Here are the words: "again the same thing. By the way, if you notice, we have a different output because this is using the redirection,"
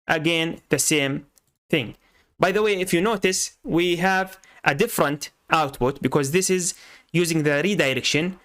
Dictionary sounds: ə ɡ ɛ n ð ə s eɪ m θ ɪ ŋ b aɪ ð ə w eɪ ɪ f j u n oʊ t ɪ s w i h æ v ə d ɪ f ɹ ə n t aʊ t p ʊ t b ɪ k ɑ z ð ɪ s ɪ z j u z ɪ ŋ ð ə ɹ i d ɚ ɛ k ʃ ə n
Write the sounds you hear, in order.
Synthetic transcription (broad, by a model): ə ɡ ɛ n ð ə s eɪ m θ ɪ ŋ b aɪ ð ə w eɪ ɪ f j u n oʊ t ɪ s w i h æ v ə d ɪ f ɹ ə n t aʊ t p ʊ t b ɪ k ɑ z ð ɪ s ɪ z j u z ɪ ŋ ð ə ɹ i d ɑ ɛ k ʃ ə n